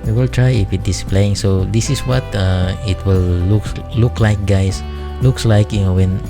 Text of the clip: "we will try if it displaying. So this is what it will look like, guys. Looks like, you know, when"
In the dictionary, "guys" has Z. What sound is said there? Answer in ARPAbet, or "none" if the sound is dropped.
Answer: S